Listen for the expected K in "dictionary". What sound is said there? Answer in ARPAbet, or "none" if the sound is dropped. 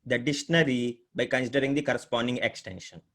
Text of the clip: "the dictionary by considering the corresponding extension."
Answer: none